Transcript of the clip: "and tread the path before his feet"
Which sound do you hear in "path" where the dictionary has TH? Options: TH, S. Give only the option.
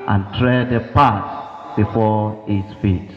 S